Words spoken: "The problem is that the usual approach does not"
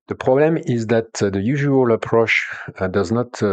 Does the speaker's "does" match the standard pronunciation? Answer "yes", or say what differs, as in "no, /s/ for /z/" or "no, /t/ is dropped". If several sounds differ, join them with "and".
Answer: yes